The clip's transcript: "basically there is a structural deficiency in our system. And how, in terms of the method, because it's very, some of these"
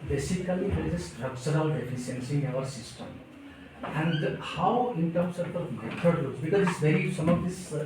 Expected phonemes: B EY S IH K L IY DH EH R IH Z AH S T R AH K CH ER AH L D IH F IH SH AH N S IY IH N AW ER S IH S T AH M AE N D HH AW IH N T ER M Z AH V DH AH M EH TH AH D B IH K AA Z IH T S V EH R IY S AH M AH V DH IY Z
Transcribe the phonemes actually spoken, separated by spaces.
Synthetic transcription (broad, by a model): B EY S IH K L IY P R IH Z AH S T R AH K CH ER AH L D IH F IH S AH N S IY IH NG AW ER S IH S T AH M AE N D HH AW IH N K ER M S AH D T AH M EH T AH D B IH K AA Z IH T S V EH R IY S AH M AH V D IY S